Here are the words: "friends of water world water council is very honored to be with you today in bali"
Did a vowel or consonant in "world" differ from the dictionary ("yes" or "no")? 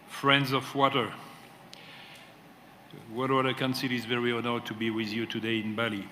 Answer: yes